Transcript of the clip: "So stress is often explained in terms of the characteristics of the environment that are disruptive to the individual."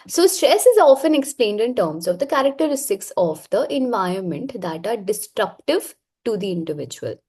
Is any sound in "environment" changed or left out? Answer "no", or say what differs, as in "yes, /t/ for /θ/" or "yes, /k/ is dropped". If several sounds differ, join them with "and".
yes, /ɹ/ is dropped